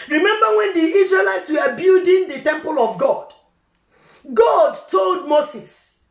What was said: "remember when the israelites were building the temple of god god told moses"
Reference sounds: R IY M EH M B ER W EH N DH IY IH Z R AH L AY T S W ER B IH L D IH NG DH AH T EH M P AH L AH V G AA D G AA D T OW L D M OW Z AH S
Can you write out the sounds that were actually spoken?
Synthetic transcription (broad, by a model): R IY M EH M B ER W EH N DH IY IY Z R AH L AY T S W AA B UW D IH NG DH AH T EH M P AH L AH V G AA D G AA D T OW L D M OW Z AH S